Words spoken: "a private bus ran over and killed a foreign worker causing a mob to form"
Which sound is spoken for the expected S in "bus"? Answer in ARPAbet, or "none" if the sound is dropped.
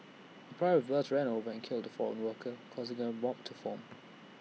TH